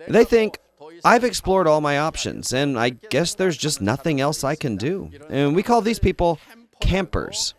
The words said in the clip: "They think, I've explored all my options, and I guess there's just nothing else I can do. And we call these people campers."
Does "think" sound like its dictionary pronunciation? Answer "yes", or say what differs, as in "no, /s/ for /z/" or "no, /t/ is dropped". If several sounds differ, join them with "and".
yes